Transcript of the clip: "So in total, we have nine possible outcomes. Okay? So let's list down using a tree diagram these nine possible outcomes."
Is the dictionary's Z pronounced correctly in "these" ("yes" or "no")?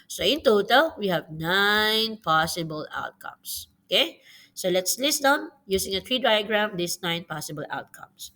no